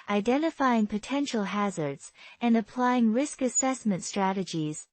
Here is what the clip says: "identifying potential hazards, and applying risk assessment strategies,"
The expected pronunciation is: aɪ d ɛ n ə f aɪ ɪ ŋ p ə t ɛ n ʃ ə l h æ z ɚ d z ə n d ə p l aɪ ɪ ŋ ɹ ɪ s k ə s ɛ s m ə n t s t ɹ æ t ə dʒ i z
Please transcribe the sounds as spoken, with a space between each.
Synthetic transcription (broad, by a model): aɪ d ɛ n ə f aɪ ɪ ŋ p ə t ɛ n ʃ l h æ z ɚ d z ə n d ə p l aɪ ɪ ŋ ɹ ɪ s k ə s ɛ s m ə n t s t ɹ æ t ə dʒ i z